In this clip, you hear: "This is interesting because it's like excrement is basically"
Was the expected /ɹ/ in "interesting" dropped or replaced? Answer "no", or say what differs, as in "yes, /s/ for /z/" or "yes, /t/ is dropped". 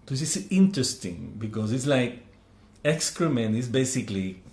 no